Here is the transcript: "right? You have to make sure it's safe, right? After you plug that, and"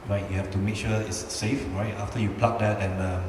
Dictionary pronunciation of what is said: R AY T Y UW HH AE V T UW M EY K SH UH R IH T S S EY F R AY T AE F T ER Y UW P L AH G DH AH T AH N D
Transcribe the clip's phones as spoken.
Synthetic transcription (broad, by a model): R AY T Y UW HH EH F T UW M EY K SH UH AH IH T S S EY F R AY T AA F T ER Y UW P L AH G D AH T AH N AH